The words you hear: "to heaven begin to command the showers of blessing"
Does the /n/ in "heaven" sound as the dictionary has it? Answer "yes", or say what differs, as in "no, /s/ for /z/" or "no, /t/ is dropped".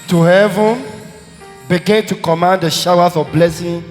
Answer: yes